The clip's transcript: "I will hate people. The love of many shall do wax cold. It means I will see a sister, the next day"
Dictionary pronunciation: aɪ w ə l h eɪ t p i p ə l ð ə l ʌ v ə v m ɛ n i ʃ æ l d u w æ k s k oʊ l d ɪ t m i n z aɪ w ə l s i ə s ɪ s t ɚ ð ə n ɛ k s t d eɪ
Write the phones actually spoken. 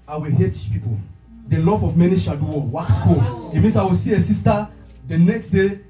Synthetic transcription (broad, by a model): aɪ w ə l h eɪ t p i p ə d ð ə l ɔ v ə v m ɛ n i ʃ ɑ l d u w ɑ k s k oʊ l ɪ t m i n s aɪ w ə l s i ə s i s t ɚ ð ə n ɛ k s t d eɪ